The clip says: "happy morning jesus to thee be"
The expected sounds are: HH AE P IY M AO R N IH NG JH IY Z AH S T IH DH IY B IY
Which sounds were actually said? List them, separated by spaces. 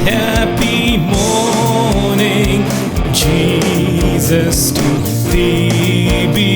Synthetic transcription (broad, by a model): HH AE P IY M AO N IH NG JH IY Z AH S T IH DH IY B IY